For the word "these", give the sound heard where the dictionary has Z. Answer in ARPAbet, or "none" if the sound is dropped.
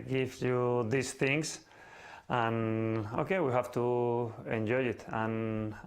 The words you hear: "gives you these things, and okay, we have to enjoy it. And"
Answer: S